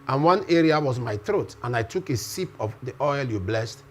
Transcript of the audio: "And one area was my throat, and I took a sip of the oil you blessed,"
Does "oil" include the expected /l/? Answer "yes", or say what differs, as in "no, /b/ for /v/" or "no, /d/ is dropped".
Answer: yes